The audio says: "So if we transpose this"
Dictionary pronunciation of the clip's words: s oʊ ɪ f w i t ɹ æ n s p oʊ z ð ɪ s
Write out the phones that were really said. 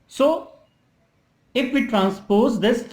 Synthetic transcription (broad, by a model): s oʊ ɪ f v i t ɹ æ n s p oʊ z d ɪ s